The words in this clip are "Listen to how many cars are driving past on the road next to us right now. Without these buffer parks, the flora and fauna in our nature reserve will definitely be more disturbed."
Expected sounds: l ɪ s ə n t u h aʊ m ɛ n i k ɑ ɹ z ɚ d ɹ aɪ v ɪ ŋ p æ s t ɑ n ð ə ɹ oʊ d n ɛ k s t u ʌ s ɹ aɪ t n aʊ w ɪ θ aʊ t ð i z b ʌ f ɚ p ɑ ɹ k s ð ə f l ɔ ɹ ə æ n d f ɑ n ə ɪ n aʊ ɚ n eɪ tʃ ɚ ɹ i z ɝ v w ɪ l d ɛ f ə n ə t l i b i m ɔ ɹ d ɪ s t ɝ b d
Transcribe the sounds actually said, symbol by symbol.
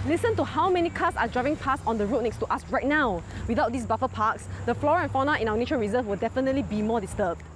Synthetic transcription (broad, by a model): l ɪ s ə n t u h aʊ m ɛ n i k ɑ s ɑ d ɹ aɪ v ɪ ŋ p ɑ s ɑ n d ə ɹ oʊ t n ɛ k s t u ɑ s ɹ aɪ t n aʊ w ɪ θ aʊ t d i s b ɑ f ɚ p ɑ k s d ə f l ɔ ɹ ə n f ɑ n ə ɪ n aʊ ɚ n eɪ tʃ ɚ ɹ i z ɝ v w ɪ l d ɛ f ə n ə t l i b i m ɔ d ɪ s t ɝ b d